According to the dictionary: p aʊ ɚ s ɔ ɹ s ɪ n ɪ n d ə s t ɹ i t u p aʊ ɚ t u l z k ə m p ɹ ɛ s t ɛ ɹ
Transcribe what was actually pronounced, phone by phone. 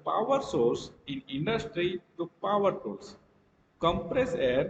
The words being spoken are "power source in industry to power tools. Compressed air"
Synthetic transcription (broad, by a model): p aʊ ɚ s ɔ ɹ s ɪ n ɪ n d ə s t ɹ i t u p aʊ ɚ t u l s k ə m p ɹ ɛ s ɛ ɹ